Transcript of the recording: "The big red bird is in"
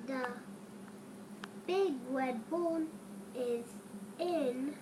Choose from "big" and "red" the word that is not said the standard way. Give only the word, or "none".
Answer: red